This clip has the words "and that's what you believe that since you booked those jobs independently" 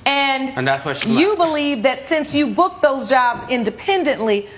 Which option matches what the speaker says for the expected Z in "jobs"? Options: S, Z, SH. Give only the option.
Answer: Z